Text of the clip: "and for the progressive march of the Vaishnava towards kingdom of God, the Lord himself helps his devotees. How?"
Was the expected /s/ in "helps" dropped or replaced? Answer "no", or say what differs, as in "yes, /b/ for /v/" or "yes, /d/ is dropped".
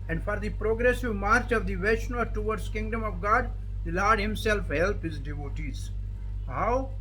yes, /s/ is dropped